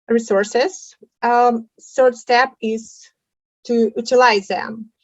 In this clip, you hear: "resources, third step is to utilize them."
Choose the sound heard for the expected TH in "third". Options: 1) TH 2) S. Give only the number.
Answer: 2